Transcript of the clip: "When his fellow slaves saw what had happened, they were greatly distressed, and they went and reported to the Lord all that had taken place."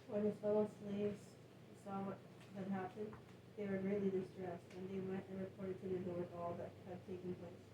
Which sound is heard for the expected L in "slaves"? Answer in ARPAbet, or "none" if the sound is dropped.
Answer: L